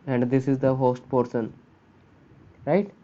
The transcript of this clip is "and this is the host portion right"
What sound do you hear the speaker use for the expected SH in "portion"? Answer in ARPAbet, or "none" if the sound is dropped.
S